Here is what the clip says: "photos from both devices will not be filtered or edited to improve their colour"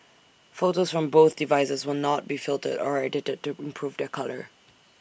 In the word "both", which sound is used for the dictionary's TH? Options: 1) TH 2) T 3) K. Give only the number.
1